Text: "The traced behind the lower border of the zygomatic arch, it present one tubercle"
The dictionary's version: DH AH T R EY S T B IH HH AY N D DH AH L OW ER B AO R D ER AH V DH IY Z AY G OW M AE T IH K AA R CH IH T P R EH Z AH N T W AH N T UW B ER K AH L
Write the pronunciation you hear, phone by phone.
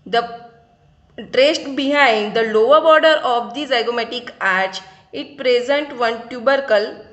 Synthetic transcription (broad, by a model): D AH T R EY S T B IH HH AY N D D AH L OW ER B AO R D ER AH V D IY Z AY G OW M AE T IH K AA R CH IH T P R EH Z AH N T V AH N T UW B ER K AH L